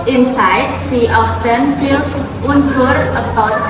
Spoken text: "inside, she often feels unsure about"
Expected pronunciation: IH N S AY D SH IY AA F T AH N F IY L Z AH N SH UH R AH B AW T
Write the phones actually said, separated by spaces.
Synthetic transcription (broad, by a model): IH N S AY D S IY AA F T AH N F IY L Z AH N S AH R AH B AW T